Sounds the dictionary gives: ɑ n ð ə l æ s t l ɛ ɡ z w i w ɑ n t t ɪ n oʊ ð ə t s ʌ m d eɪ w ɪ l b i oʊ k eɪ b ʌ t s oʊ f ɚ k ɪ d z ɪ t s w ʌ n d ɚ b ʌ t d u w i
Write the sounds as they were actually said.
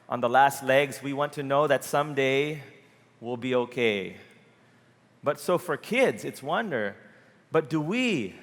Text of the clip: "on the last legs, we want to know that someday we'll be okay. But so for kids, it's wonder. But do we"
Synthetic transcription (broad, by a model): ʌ n ð ə l æ s t l ɛ ɡ z w i w ɑ n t t ɪ n oʊ ð ə t s ʌ m d eɪ w ɪ l b i oʊ k eɪ b ʌ t s oʊ f ɚ k ɪ d z ɪ t s w ʌ n d ɚ b ʌ t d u w i